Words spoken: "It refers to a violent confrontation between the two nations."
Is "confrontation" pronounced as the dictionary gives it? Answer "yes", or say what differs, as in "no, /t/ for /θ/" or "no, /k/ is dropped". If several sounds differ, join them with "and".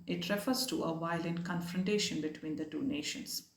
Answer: yes